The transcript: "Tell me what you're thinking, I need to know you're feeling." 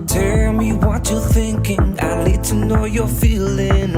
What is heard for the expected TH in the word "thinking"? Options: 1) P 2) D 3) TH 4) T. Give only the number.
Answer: 3